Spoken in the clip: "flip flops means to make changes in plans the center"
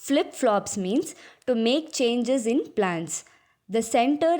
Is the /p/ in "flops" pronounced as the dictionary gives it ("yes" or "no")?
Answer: yes